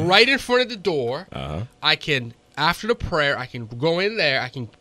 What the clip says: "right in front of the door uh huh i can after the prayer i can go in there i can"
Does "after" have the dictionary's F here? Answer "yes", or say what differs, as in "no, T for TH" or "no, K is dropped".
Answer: yes